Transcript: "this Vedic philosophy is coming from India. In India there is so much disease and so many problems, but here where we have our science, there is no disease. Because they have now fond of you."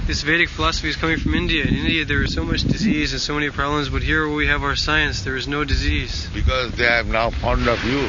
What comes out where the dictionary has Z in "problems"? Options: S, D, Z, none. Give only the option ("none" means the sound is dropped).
Z